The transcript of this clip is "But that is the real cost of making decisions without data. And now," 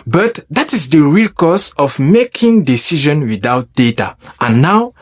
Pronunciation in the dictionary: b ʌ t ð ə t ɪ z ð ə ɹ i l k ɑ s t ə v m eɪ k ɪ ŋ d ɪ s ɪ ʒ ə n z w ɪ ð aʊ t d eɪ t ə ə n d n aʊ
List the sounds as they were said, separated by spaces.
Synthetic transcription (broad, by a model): b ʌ t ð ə t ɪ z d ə ɹ i l k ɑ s ə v m eɪ k ɪ ŋ d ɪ s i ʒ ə n w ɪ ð aʊ t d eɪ t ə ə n n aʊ